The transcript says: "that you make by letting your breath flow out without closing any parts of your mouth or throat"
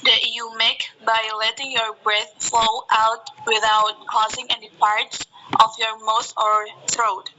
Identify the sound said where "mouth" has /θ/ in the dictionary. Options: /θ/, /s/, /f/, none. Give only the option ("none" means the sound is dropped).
/s/